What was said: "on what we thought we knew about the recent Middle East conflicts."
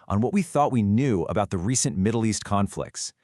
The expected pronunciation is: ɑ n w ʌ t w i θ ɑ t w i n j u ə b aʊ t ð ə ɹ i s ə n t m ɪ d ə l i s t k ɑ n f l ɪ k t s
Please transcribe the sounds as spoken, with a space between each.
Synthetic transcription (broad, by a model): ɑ n w ʌ t w i θ ɑ t w i n j u ə b aʊ t ð ə ɹ i s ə n m ɪ d l i s t k ɑ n f l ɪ k t s